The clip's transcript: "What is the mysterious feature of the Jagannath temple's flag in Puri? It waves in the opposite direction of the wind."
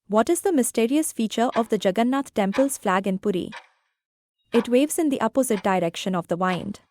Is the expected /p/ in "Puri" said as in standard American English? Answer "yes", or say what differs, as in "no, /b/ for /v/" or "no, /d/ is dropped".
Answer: yes